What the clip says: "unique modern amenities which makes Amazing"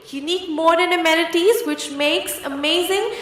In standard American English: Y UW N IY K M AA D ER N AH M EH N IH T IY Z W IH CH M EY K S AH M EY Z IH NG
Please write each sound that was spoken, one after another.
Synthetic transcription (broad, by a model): Y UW N IY K M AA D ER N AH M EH L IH T IY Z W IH CH M EY K S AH M EY Z IH NG